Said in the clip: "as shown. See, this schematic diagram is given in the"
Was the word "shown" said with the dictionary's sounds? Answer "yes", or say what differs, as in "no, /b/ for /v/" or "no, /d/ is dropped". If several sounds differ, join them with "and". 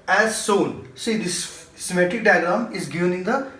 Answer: no, /s/ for /ʃ/